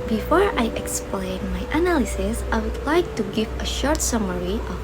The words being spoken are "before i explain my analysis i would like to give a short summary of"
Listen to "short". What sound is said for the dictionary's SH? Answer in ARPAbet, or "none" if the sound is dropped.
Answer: SH